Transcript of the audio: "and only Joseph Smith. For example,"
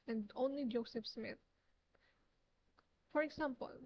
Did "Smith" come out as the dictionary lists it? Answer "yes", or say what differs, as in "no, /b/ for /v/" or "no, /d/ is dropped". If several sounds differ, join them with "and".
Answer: no, /t/ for /θ/